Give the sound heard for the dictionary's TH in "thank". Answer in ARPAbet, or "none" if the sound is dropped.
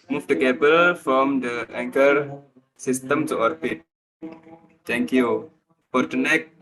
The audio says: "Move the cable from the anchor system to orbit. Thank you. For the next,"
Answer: T